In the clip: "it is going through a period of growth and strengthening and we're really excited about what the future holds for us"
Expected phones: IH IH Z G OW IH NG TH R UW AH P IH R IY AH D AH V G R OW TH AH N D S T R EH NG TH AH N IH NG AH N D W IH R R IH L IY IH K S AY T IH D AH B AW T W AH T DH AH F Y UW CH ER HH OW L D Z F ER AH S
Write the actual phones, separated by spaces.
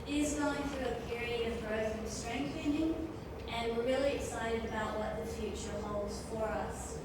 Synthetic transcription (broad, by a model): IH IH Z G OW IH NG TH R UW AH P IH R IY AH D AH V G R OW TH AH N S T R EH NG TH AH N IH NG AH N W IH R R IH L IY IH K S AY T IH D AH B AW T W AH T DH AH F Y UW CH ER HH OW L D Z F ER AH S